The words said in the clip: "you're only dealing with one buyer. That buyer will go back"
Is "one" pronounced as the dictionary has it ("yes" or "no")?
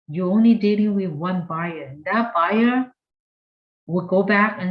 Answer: yes